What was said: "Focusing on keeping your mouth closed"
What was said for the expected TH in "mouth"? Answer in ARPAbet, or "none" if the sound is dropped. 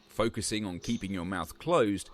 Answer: TH